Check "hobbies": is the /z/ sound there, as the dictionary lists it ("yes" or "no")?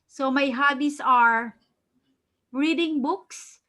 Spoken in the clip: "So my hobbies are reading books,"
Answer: no